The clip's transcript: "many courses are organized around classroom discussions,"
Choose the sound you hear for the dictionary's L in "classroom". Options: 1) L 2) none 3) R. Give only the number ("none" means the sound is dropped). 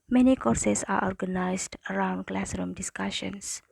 1